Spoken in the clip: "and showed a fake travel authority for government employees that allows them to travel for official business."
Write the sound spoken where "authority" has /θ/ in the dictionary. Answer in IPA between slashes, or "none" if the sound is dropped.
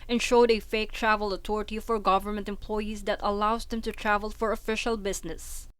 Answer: /t/